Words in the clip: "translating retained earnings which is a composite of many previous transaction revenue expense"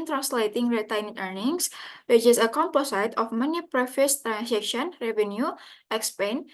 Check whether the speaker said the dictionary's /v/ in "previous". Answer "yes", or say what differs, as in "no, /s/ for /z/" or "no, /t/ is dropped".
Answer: no, /f/ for /v/